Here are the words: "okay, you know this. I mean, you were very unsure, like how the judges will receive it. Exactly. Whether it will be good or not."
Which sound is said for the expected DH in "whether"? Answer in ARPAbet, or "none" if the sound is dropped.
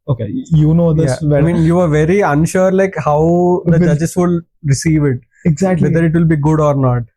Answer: none